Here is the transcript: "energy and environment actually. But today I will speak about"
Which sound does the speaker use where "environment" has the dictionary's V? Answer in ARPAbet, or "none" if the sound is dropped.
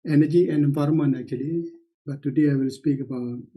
F